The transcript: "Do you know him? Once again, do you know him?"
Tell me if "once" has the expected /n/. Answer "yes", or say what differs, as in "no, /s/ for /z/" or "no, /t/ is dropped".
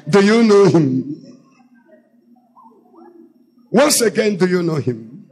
yes